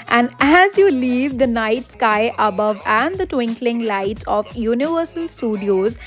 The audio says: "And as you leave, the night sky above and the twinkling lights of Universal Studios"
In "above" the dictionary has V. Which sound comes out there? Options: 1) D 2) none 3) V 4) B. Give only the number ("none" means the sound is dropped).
3